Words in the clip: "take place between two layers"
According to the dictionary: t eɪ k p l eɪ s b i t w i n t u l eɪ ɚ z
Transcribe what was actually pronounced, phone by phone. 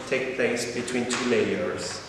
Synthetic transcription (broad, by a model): t eɪ k p l eɪ s b i t w i n t u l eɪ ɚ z